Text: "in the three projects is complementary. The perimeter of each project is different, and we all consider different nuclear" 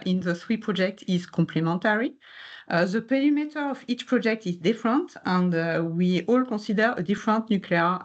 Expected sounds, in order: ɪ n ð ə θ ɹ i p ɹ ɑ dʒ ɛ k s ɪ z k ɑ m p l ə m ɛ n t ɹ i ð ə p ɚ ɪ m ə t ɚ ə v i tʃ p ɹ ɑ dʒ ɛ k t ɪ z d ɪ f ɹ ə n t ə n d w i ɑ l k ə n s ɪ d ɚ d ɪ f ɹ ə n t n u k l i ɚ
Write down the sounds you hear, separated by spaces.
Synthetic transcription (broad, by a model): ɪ n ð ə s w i p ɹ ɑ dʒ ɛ k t ɪ z k ɑ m p l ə m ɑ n t ɹ i ð ə p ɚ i m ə t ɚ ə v i tʃ p ɹ ɑ dʒ ɛ k t ɪ z d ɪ f ɹ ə n t ə n d w i ɑ l k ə s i d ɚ d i f ɹ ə n t n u k l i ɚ